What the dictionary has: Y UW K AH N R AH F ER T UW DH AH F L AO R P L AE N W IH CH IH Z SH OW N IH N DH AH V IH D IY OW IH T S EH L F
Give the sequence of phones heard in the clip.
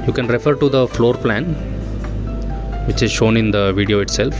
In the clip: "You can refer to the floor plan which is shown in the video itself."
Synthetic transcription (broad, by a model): Y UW K AH N R AH F ER T UW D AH F L AO R P L AE N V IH CH IH Z SH OW N IH N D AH V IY D IY OW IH T S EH L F